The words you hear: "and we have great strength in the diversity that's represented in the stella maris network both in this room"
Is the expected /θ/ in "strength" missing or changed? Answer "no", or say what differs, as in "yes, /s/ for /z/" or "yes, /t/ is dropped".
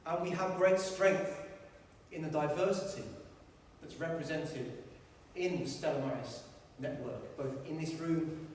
no